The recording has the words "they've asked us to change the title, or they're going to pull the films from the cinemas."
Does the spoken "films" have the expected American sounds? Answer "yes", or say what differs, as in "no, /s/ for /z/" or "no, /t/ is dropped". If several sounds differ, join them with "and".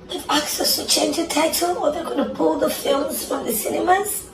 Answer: yes